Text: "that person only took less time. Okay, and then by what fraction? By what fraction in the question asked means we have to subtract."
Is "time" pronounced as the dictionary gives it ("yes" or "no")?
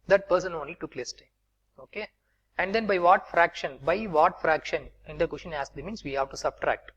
no